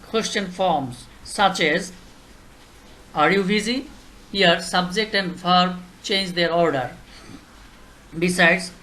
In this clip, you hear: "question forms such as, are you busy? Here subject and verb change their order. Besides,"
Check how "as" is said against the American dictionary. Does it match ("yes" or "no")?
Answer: yes